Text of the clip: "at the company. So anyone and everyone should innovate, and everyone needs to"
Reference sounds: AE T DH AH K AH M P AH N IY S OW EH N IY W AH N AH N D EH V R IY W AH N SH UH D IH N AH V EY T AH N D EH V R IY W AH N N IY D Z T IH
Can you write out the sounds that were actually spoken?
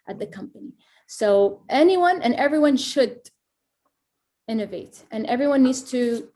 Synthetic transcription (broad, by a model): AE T DH AH K AH M P AH N IY S OW EH N IY W AH N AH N EH V R IY W AH N SH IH D IH N AH V EY T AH N EH V R IY W AH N N IY D Z T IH